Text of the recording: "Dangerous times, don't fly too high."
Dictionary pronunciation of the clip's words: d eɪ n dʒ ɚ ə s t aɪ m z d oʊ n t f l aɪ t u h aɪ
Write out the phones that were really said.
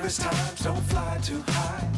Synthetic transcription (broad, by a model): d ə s t aɪ m z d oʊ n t f l aɪ t u h aɪ